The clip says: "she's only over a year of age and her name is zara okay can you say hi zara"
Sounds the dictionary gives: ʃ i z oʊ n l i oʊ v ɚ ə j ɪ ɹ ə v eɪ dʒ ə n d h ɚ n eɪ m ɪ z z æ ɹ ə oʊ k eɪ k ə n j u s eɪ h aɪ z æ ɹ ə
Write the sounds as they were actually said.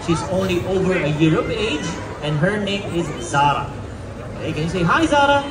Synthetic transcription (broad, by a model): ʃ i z oʊ n l i oʊ v ɚ ə j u ɹ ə p eɪ dʒ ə n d h ɚ n eɪ m ɪ z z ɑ ɹ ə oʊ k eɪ k ə n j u s eɪ h aɪ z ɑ ɹ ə